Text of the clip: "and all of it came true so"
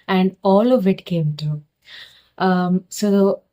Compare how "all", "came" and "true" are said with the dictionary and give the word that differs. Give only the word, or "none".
true